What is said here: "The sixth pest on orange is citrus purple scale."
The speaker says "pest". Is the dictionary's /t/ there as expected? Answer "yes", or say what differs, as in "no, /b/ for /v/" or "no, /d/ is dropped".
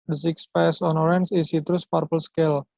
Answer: no, /t/ is dropped